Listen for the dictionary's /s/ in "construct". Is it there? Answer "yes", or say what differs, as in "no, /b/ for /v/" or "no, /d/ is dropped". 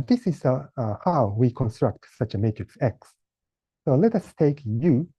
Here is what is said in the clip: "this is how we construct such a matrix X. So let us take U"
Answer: yes